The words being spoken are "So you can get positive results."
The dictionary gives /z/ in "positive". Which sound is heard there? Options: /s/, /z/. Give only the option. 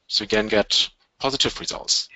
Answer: /z/